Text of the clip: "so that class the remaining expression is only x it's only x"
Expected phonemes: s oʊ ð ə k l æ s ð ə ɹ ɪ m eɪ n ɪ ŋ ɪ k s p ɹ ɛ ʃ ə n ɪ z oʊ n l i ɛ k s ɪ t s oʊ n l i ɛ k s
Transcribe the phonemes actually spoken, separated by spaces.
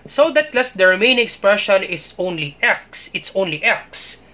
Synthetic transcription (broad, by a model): s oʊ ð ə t l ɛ s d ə ɹ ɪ m eɪ ɪ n ɪ k s p ɹ ɛ ʃ ə n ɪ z oʊ n l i ɛ k s ɪ t s oʊ n l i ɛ k s